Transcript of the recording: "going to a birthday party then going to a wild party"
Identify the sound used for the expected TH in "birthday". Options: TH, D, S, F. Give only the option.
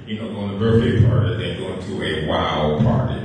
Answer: S